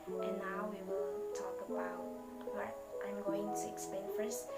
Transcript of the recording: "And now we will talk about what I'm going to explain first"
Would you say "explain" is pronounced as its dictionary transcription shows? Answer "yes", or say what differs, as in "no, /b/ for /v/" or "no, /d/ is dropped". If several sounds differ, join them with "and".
no, /l/ is dropped